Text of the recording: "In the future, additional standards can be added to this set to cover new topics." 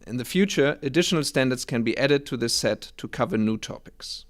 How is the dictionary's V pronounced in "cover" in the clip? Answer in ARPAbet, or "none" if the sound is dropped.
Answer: V